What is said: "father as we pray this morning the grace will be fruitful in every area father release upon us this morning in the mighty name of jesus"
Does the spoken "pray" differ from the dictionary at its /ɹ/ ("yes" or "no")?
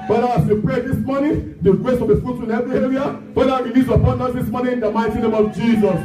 no